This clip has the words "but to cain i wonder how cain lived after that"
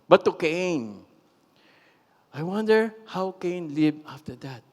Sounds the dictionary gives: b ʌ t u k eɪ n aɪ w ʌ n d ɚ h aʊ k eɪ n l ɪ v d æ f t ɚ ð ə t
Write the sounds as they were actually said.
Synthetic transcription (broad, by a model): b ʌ t u k eɪ n aɪ w ʌ n d ɚ h aʊ k eɪ n l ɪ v ɑ f t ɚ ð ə t